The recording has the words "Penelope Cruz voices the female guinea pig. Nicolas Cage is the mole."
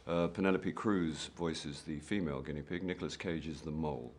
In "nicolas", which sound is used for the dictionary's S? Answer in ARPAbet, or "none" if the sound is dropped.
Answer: S